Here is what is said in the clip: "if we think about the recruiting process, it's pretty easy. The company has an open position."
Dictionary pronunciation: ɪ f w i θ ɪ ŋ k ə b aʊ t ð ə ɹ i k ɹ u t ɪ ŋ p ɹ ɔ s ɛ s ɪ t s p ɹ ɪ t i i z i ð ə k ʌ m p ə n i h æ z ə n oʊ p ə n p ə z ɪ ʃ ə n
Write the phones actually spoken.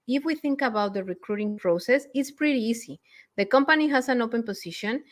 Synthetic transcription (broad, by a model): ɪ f w i θ ɪ ŋ k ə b aʊ t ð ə ɹ i k ɹ u t ɪ ŋ p ɹ ɔ s ɛ s ɪ t s p ɹ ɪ t i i s i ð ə k ʌ m p ə n i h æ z ə n oʊ p ə n p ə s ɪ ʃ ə n